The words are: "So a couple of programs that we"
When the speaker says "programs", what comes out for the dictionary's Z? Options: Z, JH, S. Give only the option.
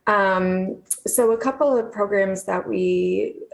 Z